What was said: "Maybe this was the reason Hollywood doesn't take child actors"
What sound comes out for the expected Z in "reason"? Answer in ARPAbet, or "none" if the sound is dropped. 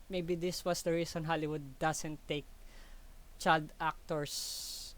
S